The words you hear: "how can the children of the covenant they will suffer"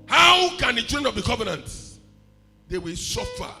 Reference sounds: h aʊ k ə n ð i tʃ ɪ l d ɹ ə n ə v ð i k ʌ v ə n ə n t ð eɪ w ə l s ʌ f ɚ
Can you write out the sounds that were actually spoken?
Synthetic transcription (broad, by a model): h aʊ k ə n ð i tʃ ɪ d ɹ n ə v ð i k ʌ v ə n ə n t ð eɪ w ə l s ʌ f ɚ